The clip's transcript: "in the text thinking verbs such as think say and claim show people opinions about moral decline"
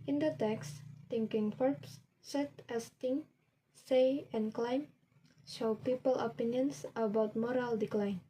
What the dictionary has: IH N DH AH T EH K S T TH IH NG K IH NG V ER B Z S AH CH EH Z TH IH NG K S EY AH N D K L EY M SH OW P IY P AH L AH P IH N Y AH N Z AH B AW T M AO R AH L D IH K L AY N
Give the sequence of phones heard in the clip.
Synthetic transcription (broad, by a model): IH N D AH T EH K S T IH NG K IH NG F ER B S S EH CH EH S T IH NG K S EY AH N K L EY M SH OW P IY P AH L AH P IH N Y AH N S AH B AW T M AO R AH L D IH K L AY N